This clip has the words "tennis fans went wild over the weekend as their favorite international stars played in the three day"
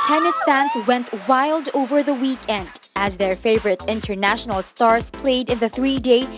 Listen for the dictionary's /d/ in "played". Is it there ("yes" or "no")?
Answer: yes